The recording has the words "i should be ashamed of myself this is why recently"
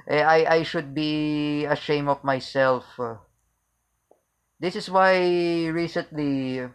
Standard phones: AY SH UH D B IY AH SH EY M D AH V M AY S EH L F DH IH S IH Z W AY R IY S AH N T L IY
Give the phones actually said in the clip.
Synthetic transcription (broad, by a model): AY SH UH D B IY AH SH EY M AH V M AY S EH L F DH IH S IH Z W AY R IY S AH N T L IY